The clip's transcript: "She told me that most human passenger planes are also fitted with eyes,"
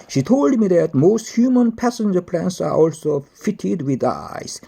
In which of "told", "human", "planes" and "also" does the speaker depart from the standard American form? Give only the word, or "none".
planes